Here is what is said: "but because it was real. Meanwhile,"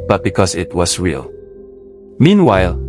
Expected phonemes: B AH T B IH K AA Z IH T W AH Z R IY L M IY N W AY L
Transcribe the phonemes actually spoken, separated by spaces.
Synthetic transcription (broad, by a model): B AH T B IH K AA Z IH T W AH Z R IY L M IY N W AY L